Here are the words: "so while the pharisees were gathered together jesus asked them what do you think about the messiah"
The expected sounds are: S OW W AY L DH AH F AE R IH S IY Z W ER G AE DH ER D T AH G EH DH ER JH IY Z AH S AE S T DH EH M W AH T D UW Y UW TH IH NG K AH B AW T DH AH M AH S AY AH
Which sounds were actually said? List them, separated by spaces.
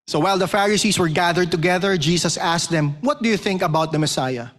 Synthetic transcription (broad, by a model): S OW W AY L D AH F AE R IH S IY S W ER G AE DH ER D T AH G EH DH ER JH IY S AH S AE S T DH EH M W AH T D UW Y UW TH IH NG K AH B AW T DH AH M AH S AY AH